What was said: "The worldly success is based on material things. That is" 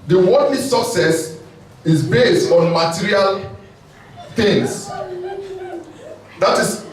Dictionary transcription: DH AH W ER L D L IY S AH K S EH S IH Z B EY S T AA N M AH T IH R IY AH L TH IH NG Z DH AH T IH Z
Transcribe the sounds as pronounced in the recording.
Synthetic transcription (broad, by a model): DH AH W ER D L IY S AH K S EH S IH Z B EY S T AA N M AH T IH R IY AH L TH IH NG S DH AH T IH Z